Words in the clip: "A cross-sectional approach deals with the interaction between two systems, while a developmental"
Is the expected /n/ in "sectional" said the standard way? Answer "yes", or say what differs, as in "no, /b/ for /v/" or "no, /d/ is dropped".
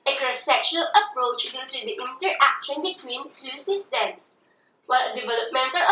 no, /n/ is dropped